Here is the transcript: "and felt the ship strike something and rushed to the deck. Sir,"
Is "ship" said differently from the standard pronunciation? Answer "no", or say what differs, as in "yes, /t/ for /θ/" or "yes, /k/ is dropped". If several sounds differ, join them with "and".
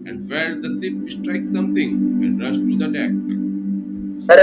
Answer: yes, /s/ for /ʃ/